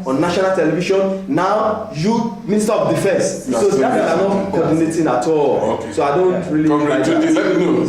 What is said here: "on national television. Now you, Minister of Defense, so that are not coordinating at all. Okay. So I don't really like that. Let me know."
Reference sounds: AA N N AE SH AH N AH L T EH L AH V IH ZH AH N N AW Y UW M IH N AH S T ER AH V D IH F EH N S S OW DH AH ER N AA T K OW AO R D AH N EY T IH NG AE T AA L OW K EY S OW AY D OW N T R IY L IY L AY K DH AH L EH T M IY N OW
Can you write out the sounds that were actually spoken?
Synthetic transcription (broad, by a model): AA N N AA SH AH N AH L T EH L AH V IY SH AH N N AW Y UW M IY N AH S T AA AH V D IH F EH N S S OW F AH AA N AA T K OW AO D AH N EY T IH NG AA T AA L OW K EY S OW AY D OW N T R IY L IY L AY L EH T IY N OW